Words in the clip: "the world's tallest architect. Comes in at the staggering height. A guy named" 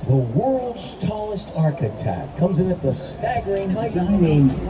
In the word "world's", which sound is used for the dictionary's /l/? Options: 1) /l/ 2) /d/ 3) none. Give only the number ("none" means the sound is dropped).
1